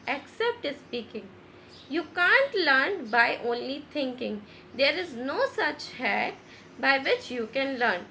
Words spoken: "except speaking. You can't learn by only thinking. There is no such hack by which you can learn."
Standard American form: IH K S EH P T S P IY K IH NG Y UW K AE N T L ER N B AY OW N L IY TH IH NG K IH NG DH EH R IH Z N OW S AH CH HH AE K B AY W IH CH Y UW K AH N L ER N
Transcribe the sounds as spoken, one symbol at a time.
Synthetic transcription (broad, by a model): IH K S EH P T S P IY K IH NG Y UW K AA N T L ER N B AY OW N L IY T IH NG K IH NG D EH R IH Z N OW S AH CH HH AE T B AY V IH CH Y UW K AH N L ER N